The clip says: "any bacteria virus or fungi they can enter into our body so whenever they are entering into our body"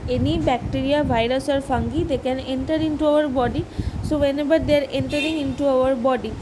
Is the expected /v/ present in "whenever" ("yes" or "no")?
no